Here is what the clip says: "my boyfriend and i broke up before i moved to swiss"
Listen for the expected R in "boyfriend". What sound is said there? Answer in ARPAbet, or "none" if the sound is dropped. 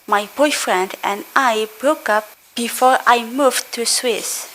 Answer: R